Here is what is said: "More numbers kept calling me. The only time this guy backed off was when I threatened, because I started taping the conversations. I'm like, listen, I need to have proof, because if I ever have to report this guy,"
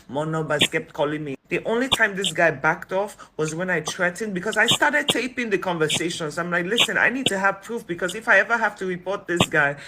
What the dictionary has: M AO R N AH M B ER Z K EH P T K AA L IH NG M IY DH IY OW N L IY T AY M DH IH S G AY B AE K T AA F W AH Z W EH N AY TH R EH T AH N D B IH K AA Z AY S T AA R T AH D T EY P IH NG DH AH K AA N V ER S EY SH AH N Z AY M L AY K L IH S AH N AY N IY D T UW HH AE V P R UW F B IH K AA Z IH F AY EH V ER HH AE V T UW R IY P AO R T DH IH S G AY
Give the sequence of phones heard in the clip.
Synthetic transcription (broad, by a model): M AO N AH B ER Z K EH P T K AA L IH NG M IY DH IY OW N L IY T AY M DH IH S G AY B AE K T AA F W AH Z W EH N AY T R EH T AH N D B IH K AA Z AY S T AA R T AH D T EY P IH NG DH AH K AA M V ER S EY SH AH N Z AY M L AY K L IH S AH N AY N IY D T UW HH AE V P R UW F B IH K AA Z IH F AY EH V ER HH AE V T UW R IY P AO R T DH IH S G AY